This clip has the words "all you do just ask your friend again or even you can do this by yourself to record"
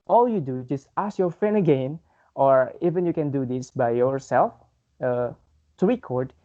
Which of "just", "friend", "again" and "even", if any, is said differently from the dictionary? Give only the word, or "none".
friend